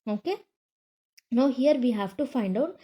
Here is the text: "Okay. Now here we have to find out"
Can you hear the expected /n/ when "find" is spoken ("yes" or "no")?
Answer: yes